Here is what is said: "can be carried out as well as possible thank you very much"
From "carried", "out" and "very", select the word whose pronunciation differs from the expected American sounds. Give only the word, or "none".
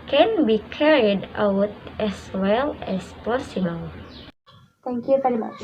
none